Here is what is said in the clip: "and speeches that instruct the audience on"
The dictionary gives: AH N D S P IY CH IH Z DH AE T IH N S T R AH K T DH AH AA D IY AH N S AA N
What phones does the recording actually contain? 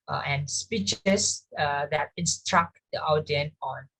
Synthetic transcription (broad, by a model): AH N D S P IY CH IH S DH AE T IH N S T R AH K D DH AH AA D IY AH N AA N